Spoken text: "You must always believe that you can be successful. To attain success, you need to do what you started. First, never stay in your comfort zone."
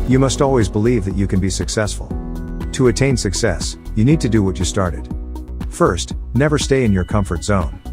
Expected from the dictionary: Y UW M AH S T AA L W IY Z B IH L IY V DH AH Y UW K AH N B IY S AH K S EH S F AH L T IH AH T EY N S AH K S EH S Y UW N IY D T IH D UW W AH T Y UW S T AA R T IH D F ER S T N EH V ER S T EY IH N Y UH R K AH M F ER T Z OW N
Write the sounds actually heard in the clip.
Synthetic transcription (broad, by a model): Y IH M AH S T AA L W IY Z B IH L IY V DH AH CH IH K AH N B IY S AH K S EH S F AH L T IH AH T EY N S AH K S EH S Y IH N IY D T IH D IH W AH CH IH S T AA R T IH D F ER S T N EH V ER S T EY IH N Y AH R K AH M F ER T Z OW N